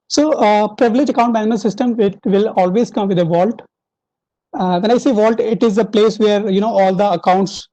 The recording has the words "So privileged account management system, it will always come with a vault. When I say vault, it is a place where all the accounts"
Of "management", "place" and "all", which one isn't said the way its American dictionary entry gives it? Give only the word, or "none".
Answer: management